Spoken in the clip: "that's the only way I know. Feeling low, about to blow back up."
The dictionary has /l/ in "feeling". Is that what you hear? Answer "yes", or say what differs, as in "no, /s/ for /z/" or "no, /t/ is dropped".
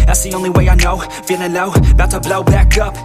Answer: no, /n/ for /l/